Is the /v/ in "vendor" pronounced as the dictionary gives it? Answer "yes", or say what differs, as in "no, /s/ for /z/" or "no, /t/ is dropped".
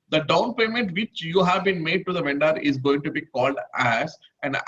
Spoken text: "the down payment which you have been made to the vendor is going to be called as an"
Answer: yes